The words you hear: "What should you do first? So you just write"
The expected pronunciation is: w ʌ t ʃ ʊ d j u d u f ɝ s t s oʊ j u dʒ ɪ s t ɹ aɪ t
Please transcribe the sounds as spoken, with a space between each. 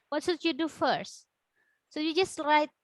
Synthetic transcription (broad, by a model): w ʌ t s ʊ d j u d u f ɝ s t s oʊ j u dʒ ɪ s t ɹ aɪ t